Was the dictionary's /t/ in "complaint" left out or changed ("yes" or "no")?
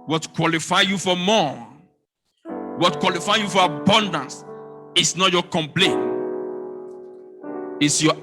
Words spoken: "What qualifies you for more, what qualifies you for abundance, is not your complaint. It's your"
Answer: yes